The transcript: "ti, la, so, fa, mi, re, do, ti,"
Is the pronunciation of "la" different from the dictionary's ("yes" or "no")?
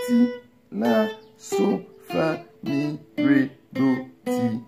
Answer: yes